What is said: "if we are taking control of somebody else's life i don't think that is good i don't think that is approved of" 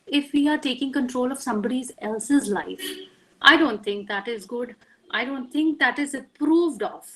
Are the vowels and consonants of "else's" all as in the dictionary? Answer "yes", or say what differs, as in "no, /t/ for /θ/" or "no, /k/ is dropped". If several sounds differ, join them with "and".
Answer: yes